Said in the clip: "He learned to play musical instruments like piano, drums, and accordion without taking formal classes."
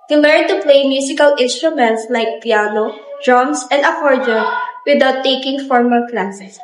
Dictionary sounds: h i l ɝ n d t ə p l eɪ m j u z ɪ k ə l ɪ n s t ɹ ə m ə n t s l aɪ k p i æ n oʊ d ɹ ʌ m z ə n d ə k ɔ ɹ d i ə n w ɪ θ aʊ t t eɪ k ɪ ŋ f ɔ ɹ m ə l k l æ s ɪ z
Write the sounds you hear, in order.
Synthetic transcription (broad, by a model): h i l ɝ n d t ə p l eɪ m j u s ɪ k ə l ɪ n s t ɹ ə m ə n t s l aɪ k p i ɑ n oʊ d ɹ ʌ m s ə n d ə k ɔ ɹ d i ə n w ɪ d aʊ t t eɪ k ɪ ŋ f ɔ ɹ m ə l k l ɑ s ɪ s